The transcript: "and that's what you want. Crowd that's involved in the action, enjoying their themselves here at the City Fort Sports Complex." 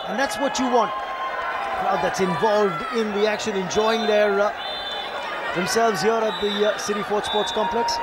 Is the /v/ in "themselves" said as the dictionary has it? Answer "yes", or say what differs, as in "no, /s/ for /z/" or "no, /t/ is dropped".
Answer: yes